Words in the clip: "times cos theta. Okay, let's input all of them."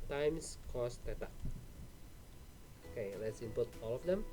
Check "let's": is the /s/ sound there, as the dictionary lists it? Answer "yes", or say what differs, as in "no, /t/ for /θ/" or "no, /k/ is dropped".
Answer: yes